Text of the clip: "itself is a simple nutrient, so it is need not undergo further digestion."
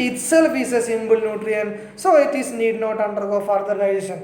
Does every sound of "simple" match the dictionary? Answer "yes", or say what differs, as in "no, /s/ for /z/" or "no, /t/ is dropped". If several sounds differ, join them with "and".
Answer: no, /b/ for /p/